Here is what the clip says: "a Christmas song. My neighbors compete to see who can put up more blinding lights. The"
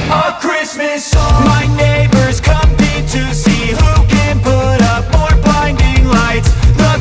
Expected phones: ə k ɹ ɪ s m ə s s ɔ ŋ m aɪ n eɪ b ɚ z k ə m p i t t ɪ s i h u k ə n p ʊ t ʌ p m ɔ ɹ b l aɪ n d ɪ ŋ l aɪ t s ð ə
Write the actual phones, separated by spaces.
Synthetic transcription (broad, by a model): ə k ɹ ɪ s m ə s s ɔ m aɪ n eɪ b ɚ z k ə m ɪ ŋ t ɪ s i h u k ə n p ʊ t ʌ p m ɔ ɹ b aɪ n d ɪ ŋ l aɪ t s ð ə